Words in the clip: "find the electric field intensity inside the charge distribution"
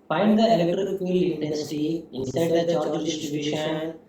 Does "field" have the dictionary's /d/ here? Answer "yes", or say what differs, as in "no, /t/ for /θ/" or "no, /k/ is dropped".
no, /d/ is dropped